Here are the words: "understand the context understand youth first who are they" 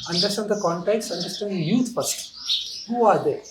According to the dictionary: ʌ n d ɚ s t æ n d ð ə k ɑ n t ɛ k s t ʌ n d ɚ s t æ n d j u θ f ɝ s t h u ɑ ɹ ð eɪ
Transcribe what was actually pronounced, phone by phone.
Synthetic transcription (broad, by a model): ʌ n d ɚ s t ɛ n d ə k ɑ n t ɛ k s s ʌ n d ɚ s t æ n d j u s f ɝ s t h u ɑ ɹ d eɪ